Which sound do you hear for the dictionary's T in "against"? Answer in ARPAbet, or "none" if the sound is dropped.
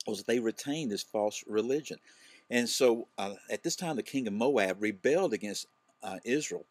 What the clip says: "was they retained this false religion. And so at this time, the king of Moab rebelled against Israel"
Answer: T